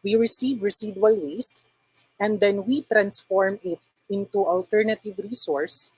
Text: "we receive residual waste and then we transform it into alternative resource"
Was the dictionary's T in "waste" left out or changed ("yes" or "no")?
no